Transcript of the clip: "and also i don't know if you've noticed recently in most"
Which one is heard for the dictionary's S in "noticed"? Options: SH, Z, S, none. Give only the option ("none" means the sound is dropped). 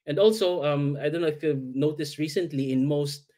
S